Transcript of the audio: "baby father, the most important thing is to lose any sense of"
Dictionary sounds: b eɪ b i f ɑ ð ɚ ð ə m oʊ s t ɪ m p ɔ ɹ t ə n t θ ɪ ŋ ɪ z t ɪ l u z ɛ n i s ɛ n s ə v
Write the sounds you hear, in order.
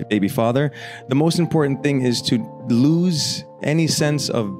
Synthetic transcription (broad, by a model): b eɪ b i f ɑ ð ɚ ð ə m oʊ s t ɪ m p ɔ ɹ t n θ ɪ ŋ ɪ z t ɪ l u z ɛ n i s ɛ n s ə v